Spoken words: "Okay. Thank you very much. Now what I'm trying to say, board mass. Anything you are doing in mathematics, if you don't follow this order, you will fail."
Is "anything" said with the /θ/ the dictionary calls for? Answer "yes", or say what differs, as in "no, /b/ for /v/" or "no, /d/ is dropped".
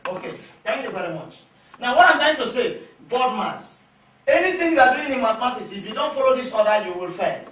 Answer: no, /t/ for /θ/